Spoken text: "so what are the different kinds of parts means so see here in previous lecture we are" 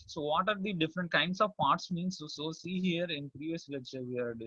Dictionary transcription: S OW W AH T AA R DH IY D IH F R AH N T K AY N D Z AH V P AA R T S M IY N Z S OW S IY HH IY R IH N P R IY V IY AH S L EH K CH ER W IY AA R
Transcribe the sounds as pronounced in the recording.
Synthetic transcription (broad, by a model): S OW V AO T AA R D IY D IH F R AH N T K AY N D S AH V P AA R T S M IY N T S OW S IY HH IY R IH N P R IY V IY AH S L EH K CH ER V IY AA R